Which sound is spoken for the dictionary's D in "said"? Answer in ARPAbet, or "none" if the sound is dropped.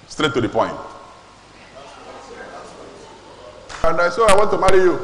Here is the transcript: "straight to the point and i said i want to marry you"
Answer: none